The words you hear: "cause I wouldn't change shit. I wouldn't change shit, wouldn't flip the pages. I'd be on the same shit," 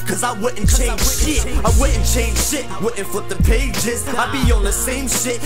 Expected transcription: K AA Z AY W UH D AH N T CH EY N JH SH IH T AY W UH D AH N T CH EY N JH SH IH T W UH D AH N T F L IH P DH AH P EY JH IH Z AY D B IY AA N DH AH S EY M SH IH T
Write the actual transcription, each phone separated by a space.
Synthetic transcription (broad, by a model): K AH Z AY W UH D N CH EY N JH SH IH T AY W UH D N CH EY N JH SH IH T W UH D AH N F AH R DH AH P EY JH IH Z AY B IY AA N DH AH S EY M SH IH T